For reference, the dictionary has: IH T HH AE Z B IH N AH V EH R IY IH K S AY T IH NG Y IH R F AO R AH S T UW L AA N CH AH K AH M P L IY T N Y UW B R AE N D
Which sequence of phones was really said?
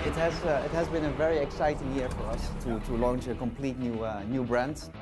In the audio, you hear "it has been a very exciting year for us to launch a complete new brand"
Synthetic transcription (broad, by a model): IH T HH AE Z B IH N AH V EH R IY IH K S AY T IH NG Y IH R F AO R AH S T UW L AA N CH AH K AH M P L IY T N Y UW B R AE N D